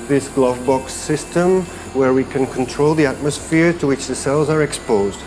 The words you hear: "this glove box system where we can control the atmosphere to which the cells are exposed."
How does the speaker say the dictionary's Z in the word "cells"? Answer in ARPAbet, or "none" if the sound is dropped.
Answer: Z